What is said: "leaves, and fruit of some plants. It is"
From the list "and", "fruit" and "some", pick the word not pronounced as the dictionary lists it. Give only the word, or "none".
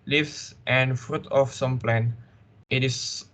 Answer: none